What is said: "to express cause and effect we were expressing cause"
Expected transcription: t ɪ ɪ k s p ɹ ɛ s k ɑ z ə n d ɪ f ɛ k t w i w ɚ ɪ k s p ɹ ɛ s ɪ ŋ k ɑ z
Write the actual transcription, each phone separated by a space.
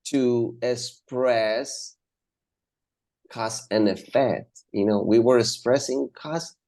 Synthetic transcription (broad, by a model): t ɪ ɪ k s p ɹ ɛ s k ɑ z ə n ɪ f ɛ k t w i w ɚ ɪ k s p ɹ ɛ s ɪ ŋ k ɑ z